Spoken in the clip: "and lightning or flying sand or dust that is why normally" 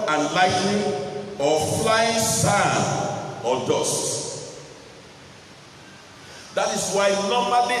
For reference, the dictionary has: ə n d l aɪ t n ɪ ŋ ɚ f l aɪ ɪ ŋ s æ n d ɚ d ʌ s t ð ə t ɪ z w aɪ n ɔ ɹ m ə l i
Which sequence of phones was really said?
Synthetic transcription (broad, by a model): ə n l aɪ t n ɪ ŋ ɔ f l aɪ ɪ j s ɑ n ɔ d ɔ s t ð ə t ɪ s w aɪ n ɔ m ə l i